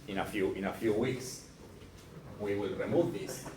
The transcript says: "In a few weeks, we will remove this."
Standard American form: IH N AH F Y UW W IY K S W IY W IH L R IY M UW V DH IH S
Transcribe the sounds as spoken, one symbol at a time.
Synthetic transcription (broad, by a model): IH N AH F Y UW W IY K S W IY W IH L R IY M UW V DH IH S